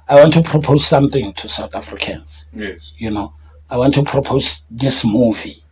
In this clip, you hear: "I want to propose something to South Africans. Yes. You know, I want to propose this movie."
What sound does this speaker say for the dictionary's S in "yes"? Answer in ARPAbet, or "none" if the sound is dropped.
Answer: none